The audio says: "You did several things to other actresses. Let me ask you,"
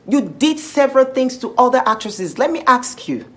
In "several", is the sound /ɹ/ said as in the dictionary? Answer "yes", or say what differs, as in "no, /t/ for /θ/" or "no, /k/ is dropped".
yes